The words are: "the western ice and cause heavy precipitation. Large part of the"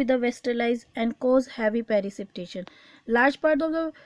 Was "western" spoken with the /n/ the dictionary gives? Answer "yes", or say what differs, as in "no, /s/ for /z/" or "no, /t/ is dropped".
no, /l/ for /n/